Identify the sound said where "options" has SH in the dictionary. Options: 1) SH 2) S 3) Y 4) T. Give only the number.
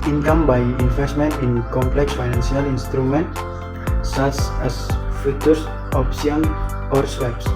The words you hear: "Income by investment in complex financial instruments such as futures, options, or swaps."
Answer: 2